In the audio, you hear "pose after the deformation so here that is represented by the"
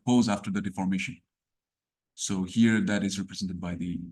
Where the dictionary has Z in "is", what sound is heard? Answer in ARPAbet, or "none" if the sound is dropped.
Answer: Z